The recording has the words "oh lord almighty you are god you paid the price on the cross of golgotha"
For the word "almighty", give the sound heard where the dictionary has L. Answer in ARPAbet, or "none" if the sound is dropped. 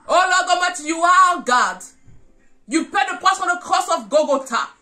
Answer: none